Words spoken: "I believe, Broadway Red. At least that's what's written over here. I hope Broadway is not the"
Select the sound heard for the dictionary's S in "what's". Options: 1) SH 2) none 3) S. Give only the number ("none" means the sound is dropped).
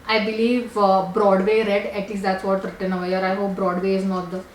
2